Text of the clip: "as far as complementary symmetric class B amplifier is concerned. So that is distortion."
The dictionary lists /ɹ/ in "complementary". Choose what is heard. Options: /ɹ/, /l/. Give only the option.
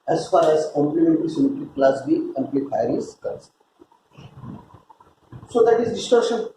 /l/